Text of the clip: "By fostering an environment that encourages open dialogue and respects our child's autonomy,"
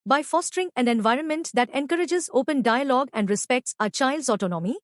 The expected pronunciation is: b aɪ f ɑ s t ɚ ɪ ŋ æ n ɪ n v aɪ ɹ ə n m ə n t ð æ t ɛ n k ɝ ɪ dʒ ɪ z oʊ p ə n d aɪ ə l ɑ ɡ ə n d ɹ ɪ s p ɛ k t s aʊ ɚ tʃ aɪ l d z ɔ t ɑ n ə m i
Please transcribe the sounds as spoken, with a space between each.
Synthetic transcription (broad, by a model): b aɪ f ɑ s t ɚ ɪ ŋ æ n ɪ n v aɪ ɹ ə n m ə n t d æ t ɛ n k ɝ ɪ dʒ ɪ z oʊ p ə n d aɪ ə l ɑ ɡ ə n d ɹ ɪ s p ɛ k t s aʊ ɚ tʃ aɪ l d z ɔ t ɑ n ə m i